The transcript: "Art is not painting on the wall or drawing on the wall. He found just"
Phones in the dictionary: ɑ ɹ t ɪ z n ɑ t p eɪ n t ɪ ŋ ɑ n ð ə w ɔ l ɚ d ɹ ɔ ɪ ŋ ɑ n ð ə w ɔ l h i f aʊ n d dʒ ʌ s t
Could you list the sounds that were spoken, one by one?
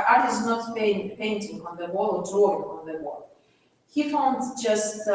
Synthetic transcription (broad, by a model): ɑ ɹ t ɪ z n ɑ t p eɪ n t ɪ ŋ ɑ n ð ə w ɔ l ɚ d ɹ ɔ ɪ ŋ ɑ n ð ə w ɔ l h i f aʊ n d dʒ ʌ s t